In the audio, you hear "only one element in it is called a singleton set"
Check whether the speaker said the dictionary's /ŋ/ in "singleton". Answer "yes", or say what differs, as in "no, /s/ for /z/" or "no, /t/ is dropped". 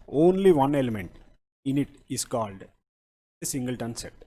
yes